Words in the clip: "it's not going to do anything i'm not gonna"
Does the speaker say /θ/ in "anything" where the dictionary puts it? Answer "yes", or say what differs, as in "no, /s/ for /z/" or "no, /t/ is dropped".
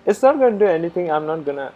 no, /t/ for /θ/